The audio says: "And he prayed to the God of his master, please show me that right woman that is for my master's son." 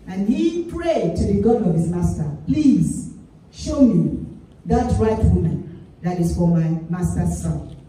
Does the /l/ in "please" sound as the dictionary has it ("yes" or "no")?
yes